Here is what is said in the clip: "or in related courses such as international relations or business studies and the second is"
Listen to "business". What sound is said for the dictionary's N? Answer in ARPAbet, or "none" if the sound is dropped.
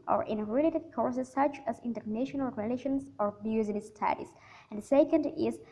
none